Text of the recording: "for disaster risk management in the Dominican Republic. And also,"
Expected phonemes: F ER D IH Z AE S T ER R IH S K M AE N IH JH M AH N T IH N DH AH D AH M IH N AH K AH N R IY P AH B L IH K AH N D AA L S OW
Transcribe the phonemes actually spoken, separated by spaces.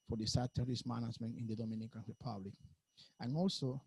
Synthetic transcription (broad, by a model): F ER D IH S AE T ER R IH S M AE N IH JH M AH N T IH N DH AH D AH M IH N AH K AH N R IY P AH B L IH K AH N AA L S OW